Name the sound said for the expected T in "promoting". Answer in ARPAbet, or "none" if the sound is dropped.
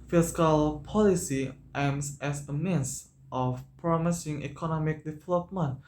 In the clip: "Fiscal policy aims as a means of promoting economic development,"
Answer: S